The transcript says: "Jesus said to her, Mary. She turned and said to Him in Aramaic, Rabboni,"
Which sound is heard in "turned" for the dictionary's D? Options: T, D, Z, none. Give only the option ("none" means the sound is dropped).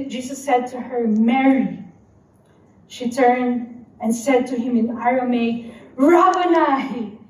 D